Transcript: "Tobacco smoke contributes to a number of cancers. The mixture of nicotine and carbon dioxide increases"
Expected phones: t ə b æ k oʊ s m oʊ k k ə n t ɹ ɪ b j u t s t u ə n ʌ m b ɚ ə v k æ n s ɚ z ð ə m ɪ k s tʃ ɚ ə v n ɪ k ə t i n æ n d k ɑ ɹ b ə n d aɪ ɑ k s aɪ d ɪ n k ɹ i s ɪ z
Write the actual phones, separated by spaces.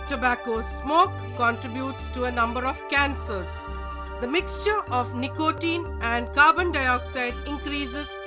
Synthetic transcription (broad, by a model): t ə b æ k oʊ s m oʊ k k ə n t ɹ ɪ b j u t s t u ə n ʌ m b ɚ ə v k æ n s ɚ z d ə m ɪ k s tʃ ɚ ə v n ɪ k ə t i n æ n d k ɑ ɹ b ə n d aɪ ɑ k s aɪ d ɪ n k ɹ i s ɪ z